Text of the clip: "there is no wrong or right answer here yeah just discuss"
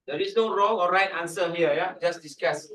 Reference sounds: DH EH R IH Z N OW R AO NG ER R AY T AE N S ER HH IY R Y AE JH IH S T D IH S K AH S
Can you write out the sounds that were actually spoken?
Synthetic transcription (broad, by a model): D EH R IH S N OW R AO NG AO R AY T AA N S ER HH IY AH Y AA JH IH S D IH S K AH S